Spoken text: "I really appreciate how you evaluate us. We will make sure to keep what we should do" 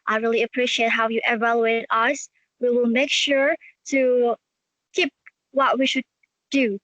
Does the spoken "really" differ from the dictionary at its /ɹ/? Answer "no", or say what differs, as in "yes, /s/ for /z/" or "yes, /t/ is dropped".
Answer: no